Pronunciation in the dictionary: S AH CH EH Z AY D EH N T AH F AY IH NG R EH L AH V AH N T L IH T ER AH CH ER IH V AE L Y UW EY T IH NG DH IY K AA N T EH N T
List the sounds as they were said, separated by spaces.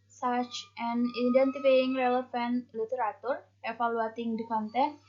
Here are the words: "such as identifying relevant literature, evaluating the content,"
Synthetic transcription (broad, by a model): S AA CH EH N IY D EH N T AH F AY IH NG R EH L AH F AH N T L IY T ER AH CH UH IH F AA L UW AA T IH NG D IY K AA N T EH